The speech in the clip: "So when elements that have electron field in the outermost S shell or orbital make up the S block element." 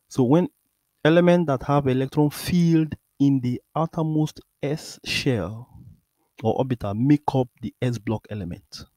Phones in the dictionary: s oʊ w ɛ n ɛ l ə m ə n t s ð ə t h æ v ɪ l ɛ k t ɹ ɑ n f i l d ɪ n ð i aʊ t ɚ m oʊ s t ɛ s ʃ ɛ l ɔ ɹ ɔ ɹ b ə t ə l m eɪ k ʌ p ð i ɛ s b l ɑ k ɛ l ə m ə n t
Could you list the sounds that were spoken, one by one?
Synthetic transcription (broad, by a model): s oʊ w ɛ n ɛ l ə m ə n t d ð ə t h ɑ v ɪ l ɛ k t ɹ ɑ n f i l d ɪ n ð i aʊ t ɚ m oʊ s t ɛ s ʃ ɛ l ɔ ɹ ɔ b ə t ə m eɪ k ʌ p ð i ɛ s b l ɑ k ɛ l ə m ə n t